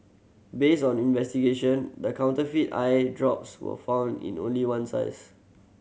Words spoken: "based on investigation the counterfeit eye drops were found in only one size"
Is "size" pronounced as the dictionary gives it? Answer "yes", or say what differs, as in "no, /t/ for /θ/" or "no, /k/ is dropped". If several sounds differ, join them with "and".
no, /s/ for /z/